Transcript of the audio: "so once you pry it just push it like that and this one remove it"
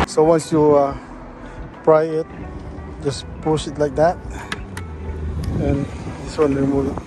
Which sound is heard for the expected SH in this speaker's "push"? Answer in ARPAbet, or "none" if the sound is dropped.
S